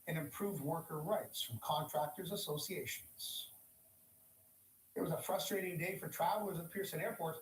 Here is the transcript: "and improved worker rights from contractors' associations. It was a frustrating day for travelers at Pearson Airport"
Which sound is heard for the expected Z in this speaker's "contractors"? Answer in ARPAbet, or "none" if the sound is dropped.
Z